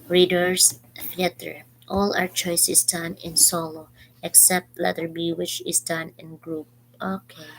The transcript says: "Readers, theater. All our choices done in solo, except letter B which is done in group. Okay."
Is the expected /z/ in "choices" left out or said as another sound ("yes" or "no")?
yes